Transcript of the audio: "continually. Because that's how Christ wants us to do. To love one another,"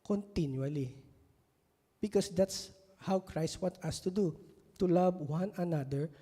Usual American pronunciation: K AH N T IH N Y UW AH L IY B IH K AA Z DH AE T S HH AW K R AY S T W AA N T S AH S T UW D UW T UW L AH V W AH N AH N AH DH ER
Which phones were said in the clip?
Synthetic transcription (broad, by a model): K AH N T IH N Y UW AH L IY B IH K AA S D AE T S HH AW K R AY S T W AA T AH S T UW D UW T UW L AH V W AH N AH N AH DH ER